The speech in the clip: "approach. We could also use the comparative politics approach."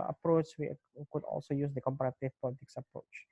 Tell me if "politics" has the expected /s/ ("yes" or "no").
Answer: yes